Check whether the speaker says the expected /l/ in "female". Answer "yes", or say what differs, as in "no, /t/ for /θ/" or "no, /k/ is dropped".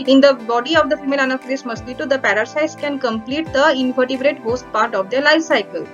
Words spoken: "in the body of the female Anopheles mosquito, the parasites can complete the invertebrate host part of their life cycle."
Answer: yes